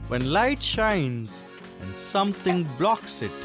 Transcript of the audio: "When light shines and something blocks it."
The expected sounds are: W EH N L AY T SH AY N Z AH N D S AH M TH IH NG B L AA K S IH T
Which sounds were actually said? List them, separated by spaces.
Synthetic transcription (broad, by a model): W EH N L AY T SH AY N Z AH N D S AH M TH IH NG B L AA K S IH T